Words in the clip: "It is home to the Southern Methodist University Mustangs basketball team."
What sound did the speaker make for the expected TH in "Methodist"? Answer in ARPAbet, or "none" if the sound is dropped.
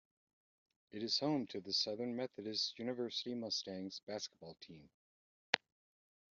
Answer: TH